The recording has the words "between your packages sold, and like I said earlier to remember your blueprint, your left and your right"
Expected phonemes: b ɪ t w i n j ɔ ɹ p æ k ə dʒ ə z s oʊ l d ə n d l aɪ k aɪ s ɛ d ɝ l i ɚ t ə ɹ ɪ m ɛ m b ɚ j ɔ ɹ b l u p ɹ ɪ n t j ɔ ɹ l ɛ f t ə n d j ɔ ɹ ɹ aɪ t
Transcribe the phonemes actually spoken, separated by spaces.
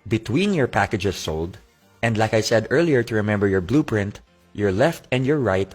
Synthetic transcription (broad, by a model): b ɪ t w i n j ɔ ɹ p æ k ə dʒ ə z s oʊ l d ə n d l aɪ k aɪ s ɛ d ɝ l i ɚ t ə ɹ ɪ m ɛ m b ɚ j ɔ ɹ b l u p ɹ ɪ n t j ɔ ɹ l ɛ f t ə n d j ɔ ɹ ɹ aɪ t